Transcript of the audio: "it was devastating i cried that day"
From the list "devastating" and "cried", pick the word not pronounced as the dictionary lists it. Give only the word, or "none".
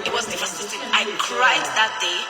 devastating